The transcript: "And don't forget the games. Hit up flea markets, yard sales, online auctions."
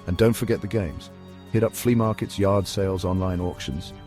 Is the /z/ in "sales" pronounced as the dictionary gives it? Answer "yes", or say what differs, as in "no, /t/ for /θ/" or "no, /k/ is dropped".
yes